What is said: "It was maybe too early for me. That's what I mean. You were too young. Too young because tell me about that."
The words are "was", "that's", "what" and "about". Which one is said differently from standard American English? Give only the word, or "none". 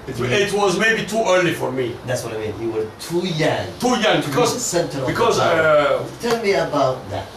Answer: none